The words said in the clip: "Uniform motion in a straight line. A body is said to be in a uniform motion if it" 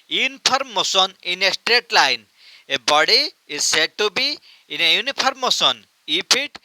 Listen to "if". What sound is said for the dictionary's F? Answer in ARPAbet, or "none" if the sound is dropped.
P